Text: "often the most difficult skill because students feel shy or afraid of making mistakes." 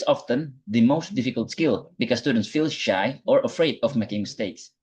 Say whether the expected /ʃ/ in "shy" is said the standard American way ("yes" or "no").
yes